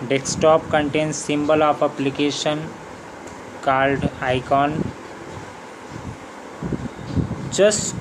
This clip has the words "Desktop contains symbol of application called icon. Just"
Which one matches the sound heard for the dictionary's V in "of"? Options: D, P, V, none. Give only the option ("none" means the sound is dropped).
P